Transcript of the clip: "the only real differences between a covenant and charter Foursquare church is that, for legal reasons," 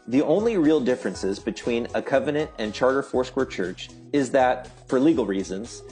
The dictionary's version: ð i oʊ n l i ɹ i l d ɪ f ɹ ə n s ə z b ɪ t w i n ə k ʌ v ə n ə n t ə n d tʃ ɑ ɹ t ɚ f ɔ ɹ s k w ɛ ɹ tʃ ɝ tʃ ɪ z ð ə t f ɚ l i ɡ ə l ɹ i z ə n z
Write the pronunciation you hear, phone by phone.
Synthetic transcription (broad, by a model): ð i oʊ n l i ɹ i l d ɪ f ɹ ə n s ə z b ɪ t w i n ə k ʌ v ə n ə n t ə n tʃ ɑ ɹ t ɚ f ɔ ɹ s k w ɛ ɹ tʃ ɝ tʃ ɪ z ð ə t f ɚ l i ɡ l ɹ i z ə n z